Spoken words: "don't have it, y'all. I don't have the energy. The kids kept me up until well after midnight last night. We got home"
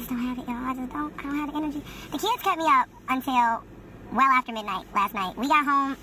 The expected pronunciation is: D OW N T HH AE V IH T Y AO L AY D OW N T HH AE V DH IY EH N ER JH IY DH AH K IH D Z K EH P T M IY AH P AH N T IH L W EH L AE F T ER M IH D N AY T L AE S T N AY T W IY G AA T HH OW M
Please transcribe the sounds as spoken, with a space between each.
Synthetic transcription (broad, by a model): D OW N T HH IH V IH T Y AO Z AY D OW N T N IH V DH IY EH N ER JH IY DH AH K IH D Z K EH T M IY AH P AH N T IH L W EH L AE F T ER M IH D N AY T L AE S T N AY T W IY G AA T HH OW M